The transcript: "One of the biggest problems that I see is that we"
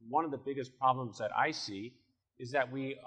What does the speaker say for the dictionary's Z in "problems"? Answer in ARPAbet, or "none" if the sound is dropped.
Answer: Z